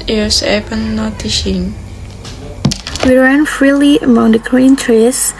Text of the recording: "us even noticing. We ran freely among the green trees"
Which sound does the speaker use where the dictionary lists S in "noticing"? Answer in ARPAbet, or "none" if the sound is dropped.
SH